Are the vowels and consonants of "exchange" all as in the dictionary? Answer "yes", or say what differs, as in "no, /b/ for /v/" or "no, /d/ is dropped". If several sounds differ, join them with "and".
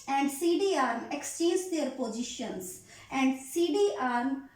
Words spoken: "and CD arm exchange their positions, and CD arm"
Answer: no, /n/ is dropped